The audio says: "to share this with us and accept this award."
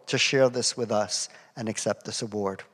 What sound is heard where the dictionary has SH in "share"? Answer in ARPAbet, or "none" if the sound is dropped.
SH